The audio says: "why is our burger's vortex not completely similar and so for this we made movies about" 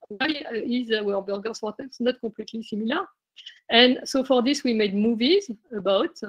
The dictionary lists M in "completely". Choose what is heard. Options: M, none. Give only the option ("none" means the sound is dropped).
none